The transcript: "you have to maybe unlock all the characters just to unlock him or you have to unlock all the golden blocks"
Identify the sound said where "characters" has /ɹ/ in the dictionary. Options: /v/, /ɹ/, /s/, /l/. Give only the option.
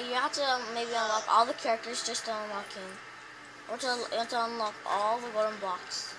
/ɹ/